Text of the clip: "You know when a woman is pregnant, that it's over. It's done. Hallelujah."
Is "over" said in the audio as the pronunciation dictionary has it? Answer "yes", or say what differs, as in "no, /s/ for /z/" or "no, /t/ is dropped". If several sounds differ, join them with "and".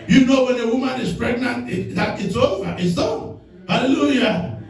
no, /v/ is dropped